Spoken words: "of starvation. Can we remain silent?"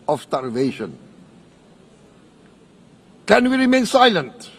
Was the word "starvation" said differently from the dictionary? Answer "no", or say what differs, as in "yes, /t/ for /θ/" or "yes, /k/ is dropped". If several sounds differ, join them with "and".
no